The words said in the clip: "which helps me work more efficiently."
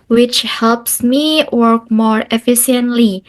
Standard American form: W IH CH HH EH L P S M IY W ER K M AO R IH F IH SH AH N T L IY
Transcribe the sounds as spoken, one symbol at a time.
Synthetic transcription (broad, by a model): W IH CH HH EH L P S M IY W ER K M AO R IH F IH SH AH N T L IY